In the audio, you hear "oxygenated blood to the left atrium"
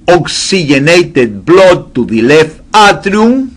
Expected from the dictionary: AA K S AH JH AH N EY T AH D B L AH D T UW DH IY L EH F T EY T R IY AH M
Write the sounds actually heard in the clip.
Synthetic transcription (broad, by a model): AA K S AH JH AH N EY T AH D B L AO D T UW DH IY L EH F AA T R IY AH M